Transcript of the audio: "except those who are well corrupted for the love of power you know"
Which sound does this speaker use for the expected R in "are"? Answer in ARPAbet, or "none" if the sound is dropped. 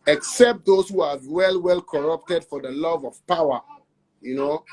L